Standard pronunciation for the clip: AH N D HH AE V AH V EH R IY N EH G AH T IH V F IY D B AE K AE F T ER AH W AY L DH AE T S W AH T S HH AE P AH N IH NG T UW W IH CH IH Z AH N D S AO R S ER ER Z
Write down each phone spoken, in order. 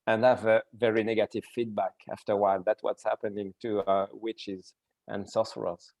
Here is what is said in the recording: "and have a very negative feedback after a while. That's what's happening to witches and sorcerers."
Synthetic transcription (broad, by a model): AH N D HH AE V AH V EH R IY N EH G AH T IH V F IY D B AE K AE F T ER W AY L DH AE T W AH T S HH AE P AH N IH NG T UW W IH CH IH Z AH N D S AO S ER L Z